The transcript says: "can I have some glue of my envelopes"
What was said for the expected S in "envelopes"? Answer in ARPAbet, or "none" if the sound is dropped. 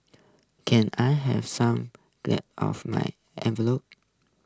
none